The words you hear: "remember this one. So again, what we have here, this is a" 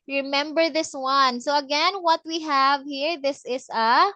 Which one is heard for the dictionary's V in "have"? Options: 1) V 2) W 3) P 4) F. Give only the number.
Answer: 1